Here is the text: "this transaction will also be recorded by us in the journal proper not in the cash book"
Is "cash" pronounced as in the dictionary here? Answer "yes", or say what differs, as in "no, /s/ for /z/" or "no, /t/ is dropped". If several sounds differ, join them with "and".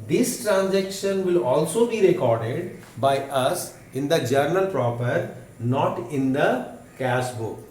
no, /s/ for /ʃ/